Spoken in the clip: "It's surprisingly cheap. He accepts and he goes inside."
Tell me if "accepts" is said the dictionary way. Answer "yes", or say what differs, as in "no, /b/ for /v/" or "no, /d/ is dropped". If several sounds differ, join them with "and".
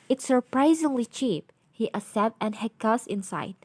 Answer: no, /k/ is dropped and /s/ is dropped